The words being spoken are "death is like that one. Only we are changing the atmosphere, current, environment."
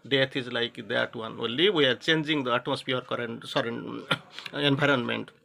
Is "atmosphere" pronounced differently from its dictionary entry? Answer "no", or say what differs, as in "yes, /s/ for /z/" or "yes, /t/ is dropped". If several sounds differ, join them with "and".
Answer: yes, /m/ is dropped